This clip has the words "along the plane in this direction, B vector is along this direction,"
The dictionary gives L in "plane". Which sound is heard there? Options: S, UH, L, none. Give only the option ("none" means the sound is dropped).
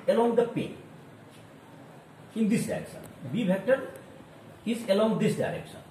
none